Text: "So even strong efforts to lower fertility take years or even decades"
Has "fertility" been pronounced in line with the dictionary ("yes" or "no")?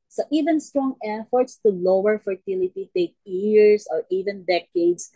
yes